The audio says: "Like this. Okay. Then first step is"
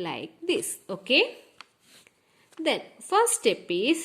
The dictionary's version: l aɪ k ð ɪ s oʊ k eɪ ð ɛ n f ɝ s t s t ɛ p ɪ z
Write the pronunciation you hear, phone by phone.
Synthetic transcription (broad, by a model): l aɪ k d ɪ s oʊ k eɪ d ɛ n f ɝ t s t ɛ p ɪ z